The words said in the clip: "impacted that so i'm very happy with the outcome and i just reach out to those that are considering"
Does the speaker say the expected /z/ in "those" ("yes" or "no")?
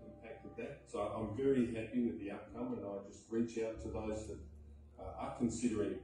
yes